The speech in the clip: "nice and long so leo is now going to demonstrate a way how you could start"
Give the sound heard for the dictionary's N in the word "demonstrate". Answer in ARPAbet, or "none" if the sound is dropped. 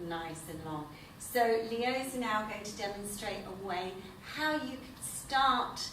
N